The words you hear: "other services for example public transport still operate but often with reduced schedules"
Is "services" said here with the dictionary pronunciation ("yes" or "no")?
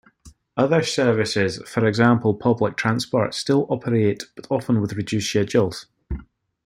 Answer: yes